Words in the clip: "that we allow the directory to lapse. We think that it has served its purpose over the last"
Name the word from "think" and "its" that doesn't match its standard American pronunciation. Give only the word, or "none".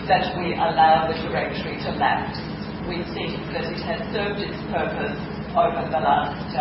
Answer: think